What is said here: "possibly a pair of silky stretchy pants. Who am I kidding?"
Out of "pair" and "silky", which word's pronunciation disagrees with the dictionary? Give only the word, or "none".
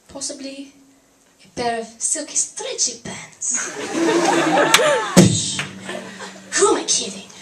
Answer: pair